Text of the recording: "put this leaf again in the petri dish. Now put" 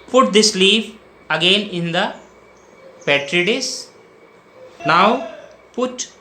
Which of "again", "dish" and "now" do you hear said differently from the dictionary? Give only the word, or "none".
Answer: dish